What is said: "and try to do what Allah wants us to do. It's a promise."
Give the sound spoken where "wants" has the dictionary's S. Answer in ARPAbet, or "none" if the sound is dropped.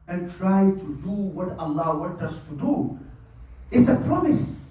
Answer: none